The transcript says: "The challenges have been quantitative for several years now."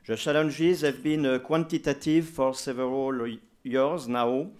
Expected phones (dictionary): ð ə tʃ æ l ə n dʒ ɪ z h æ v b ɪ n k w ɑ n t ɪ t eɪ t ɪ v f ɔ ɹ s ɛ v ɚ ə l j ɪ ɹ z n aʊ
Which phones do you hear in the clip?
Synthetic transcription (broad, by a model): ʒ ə ʃ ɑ l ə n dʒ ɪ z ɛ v b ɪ n k w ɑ n t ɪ t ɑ t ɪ v f ɔ ɹ s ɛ v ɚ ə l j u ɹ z n aʊ